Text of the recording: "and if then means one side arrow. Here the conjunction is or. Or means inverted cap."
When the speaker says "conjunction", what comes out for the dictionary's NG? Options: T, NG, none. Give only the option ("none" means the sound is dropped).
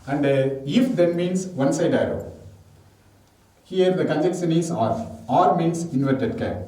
none